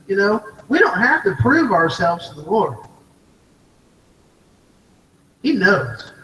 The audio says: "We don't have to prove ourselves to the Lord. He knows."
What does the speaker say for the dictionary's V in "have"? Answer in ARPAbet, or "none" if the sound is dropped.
F